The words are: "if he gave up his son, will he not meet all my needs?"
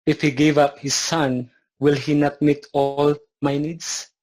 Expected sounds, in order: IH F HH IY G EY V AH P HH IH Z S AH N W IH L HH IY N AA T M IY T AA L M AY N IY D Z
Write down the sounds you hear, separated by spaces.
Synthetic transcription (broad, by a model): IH F HH IY G EY V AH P HH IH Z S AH N W IH L HH IY N AA T M IY T AA L M AY N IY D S